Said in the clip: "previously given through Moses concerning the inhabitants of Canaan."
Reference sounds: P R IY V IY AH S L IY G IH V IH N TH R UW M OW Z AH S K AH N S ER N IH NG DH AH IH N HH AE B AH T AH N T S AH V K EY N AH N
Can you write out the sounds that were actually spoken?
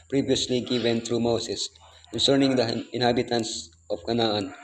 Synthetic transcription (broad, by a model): P R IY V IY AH S L IY G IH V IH N T R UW M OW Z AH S K AH N S ER N IH NG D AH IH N HH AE B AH T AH N S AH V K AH N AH N